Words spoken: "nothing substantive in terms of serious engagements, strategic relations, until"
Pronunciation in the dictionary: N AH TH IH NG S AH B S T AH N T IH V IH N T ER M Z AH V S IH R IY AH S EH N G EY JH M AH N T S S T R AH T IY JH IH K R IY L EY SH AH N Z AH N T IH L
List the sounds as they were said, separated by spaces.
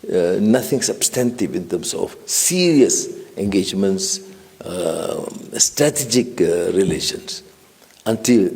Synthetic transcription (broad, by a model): N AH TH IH NG S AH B S T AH N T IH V IH N T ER M S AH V S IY R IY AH S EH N G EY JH M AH N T S S T R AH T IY JH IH K R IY L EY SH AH N S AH N T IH L